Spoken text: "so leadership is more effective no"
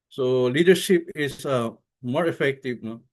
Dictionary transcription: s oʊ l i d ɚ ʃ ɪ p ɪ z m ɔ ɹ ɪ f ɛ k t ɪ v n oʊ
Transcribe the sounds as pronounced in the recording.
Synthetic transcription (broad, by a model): s oʊ l i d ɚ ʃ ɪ p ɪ s m ɔ ɹ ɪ f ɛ k t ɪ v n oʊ